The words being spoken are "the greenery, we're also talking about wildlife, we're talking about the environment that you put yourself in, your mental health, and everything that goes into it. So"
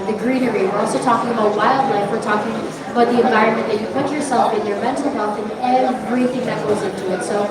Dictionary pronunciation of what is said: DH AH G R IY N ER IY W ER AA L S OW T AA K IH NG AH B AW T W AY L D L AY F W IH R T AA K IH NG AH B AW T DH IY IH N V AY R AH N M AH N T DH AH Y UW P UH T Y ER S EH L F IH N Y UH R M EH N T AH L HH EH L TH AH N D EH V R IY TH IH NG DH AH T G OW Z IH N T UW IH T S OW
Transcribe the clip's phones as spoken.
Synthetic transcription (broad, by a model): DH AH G R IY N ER IY W ER AA L S OW T AA K IH NG AH B AW T W AY L D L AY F W IH R T AA K IH NG AH B AW T DH IY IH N V AY R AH N M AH N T DH AH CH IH P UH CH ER S EH L F IH N Y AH R M EH N T L HH EH L TH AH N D EH V R IY TH IH NG DH AH T G OW Z IH N T UW IH T S OW